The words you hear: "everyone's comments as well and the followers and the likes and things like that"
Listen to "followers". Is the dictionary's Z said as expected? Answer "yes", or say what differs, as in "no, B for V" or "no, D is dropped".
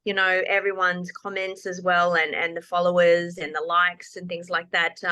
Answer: yes